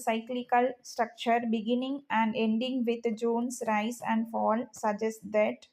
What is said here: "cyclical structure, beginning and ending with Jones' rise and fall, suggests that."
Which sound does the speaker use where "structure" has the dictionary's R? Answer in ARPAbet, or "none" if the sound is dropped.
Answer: R